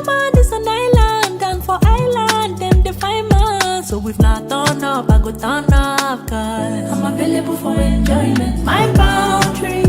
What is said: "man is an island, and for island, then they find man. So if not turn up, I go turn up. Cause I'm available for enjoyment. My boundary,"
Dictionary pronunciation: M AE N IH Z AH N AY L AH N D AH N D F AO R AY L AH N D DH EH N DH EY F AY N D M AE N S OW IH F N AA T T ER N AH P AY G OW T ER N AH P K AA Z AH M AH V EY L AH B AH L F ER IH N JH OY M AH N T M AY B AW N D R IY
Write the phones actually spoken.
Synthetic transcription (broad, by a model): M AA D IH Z AH N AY L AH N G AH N F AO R AY L AH N D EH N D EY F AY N M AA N S OW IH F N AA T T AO N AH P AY G OW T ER N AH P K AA AH M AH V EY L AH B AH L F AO IH N JH OY M AH N T M AY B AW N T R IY